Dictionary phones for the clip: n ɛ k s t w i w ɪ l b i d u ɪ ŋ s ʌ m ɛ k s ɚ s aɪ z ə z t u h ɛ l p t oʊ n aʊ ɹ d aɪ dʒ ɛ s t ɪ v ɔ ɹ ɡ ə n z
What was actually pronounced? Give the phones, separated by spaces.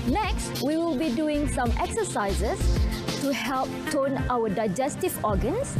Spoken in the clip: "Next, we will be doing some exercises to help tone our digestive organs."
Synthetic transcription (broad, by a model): n ɛ k s t w i w ɪ l b i d u ɪ ŋ s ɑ m ɛ k s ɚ s aɪ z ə s t u h ɛ l p t oʊ n aʊ w d aɪ dʒ ɛ s t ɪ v ɔ ɡ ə n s